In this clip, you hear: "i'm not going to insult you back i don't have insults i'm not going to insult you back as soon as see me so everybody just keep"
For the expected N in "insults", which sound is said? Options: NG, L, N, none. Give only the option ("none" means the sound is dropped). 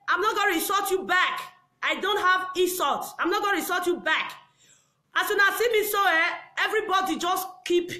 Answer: none